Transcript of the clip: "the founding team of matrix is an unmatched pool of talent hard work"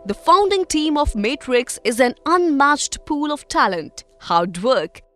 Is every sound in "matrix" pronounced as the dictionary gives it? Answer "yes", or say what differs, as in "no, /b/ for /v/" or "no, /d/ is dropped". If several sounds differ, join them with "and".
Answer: yes